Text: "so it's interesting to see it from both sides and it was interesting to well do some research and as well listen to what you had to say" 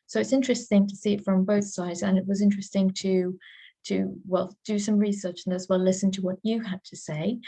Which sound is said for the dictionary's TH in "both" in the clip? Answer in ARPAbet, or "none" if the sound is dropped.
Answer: TH